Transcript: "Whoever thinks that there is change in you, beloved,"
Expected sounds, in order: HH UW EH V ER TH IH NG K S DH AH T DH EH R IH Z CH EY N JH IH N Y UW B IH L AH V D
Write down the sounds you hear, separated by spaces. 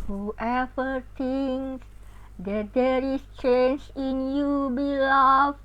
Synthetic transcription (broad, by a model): HH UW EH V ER T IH NG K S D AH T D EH R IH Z CH EY N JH IH N Y UW B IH L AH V